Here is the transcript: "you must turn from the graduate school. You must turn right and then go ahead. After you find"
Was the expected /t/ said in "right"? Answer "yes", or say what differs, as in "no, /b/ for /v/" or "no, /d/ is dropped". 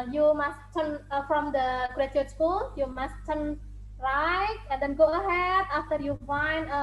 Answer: no, /t/ is dropped